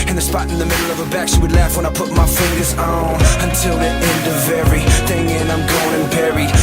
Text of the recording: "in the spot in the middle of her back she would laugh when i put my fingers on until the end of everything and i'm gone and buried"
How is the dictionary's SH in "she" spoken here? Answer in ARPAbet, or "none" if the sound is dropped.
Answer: S